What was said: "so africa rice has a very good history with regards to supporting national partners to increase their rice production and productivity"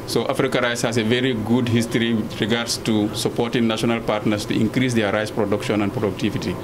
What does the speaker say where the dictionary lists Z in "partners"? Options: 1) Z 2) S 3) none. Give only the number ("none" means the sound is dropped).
2